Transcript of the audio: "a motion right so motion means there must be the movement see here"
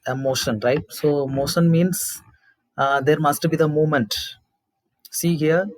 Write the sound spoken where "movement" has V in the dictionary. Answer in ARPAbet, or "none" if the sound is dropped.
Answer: none